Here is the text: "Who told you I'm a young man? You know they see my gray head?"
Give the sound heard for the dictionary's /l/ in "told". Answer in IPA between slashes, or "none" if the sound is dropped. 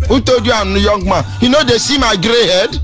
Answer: none